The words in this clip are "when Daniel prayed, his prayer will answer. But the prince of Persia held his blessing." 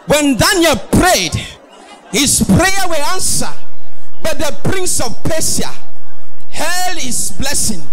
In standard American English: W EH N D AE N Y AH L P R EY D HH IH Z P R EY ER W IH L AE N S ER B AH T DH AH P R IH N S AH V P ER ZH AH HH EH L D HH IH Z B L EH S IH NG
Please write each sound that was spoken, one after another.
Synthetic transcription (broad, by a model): W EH N D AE N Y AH L P R EY D HH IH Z P R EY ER W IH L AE N S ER B AH T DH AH P R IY N S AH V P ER S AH HH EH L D HH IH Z B L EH S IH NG